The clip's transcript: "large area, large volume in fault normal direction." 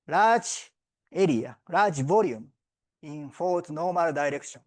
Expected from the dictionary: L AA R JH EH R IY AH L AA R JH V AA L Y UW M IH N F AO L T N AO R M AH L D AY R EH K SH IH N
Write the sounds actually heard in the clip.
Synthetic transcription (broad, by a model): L AA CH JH EH R IY AH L AA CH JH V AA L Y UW M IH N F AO T N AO M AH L D AY R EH K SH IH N